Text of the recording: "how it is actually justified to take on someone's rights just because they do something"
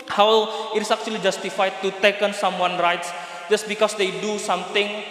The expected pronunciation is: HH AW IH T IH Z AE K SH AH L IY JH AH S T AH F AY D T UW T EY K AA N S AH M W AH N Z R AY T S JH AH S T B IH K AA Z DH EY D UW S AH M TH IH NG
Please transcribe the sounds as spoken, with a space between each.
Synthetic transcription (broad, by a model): HH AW IH T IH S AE K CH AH L IY JH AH S T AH F AY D T UW T EY K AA N S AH M W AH N R AY T S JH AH S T B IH K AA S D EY D UW S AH M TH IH NG